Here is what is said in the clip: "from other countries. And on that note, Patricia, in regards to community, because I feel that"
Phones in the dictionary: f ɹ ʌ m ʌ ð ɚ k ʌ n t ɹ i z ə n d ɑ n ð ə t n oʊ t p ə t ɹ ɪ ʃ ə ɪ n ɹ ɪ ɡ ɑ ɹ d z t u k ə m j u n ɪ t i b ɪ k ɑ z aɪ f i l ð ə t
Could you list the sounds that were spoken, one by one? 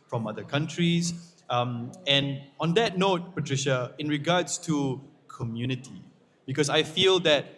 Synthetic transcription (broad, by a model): f ɹ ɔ m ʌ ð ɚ k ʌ n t ɹ i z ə n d ɑ n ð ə t n oʊ t p ə t ɹ ɪ ʃ ə ɪ n ɹ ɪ ɡ ɑ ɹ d s t u k ə m j u n ɪ t i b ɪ k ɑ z aɪ f i l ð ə t